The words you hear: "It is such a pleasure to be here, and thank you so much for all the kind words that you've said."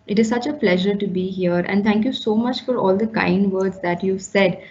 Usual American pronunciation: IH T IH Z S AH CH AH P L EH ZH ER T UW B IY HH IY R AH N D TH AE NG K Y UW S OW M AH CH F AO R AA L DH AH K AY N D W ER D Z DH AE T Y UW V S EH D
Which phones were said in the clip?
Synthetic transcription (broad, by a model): IH T IH Z S AH CH AH P L EH ZH ER T UW B IY HH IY R AH N D T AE NG K Y UW S OW M AH CH F AO R AA L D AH K AY N D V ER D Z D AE T Y UW V S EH D